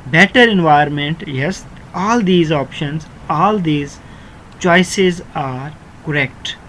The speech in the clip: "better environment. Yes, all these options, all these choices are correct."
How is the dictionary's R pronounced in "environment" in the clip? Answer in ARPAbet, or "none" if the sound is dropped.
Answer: none